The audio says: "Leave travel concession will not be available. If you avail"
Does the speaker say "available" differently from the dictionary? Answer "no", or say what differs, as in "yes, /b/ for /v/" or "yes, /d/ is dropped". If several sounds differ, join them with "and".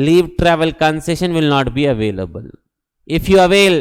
no